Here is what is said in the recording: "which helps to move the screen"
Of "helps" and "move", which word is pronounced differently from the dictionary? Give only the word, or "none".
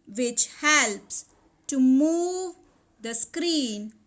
none